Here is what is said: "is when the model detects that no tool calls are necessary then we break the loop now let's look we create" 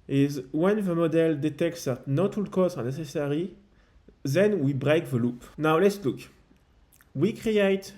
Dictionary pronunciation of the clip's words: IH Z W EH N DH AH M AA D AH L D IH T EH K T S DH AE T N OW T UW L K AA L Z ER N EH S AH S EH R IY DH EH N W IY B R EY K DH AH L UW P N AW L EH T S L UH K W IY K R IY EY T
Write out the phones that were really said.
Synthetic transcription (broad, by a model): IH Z W EH N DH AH M AA D AH L D IH T EH K T S DH AE T N OW T UW L K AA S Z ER N EH S AH S EH R IY DH EH N W IY B R EY K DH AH L UW P N AW L EH T S L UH K W IY K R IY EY T